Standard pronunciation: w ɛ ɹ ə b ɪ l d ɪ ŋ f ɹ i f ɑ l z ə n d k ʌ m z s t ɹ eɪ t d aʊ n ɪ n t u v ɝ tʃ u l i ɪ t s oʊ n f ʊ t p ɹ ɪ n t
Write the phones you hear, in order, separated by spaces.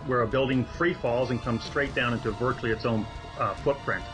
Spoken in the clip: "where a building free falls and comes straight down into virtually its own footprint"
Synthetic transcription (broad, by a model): w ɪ ɹ ə b ɪ l d ɪ ŋ f ɹ i f ɑ l z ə n k ʌ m s t ɹ eɪ t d aʊ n ɪ n t u v ɝ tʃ l i ɪ t s oʊ n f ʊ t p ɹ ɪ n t